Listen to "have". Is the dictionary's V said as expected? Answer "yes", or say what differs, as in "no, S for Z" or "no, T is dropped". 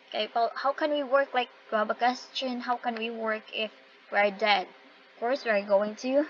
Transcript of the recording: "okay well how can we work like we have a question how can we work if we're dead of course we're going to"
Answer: no, B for V